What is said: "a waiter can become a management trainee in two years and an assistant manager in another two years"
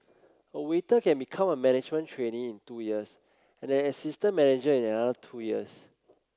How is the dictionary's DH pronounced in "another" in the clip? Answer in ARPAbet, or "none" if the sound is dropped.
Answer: none